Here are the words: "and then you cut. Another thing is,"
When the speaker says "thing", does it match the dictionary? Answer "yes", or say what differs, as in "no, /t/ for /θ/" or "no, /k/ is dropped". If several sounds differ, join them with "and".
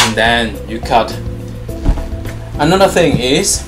yes